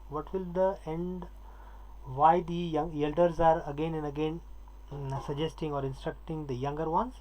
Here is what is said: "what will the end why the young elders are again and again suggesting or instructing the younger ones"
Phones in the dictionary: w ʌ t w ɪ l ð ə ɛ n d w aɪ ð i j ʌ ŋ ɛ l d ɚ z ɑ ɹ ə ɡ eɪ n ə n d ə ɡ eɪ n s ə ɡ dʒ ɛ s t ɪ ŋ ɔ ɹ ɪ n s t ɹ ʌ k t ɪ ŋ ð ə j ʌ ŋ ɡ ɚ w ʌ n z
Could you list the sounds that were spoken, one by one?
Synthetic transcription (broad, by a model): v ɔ t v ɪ l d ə ɛ n d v aɪ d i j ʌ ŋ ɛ l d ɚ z ɑ ɹ ə ɡ eɪ n ə n d ə ɡ eɪ n s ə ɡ dʒ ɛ s t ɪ ŋ ɔ ɹ ɪ n s t ɹ ʌ k t ɪ ŋ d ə j ʌ ŋ ɡ ɚ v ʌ n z